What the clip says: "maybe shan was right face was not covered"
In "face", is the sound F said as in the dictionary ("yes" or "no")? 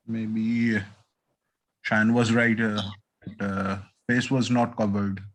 no